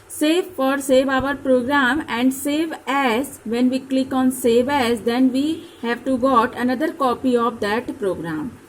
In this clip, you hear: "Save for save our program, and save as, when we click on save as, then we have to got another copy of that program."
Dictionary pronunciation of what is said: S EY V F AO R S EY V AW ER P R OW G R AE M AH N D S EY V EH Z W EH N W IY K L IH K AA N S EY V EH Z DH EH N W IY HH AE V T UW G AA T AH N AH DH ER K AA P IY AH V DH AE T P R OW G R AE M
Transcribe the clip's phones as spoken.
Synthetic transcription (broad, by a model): S EY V F AO R S EY V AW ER P R OW G R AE M AH N D S EY V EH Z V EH N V IY K L IH K AA N S EY V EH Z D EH N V IY HH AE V T UW G AA T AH N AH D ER K AA P IY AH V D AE T P R OW G R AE M